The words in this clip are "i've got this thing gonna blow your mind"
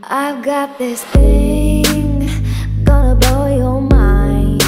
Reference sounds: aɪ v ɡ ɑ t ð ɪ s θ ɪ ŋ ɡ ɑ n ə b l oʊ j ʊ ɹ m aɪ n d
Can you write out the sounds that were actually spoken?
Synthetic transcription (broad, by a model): aɪ v ɡ ɑ t ð ɪ s θ ɪ ŋ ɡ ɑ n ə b oʊ j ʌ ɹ m aɪ n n